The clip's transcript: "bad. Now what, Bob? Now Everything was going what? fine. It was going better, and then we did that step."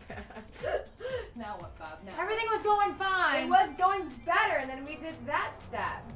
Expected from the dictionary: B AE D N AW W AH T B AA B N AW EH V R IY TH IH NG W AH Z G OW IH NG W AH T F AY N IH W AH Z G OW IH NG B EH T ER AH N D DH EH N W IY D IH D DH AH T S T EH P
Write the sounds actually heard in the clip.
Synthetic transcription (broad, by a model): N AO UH W AH T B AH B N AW EH V R IY TH IH NG W AH Z G OW IH NG F AY IH W AH Z G OW IH NG B EH T ER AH N DH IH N W IY D IH D DH AH T S T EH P